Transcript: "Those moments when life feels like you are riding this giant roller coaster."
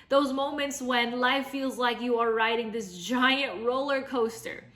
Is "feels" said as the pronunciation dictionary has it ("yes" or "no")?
yes